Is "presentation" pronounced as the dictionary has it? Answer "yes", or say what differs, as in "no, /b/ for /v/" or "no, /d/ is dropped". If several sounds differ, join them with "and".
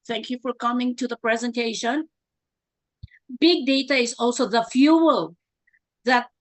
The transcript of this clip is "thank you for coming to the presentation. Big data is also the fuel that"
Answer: yes